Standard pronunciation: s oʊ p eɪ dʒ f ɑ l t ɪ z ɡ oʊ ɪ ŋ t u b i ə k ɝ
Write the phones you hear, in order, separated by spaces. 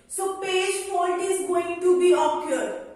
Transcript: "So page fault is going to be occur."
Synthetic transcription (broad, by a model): s oʊ p eɪ dʒ p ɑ n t ɪ z ɡ oʊ ɪ ŋ t u b i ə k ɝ